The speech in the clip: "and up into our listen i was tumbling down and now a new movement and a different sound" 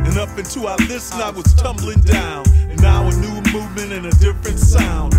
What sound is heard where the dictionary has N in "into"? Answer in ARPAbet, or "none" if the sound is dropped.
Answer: N